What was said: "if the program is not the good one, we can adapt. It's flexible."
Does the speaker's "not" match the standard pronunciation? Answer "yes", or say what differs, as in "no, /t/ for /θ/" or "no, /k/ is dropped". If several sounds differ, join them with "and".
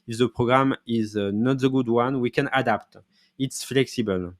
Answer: yes